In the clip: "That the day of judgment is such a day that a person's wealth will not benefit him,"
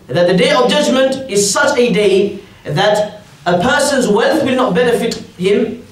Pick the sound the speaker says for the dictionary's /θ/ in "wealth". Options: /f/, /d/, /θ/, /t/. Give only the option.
/θ/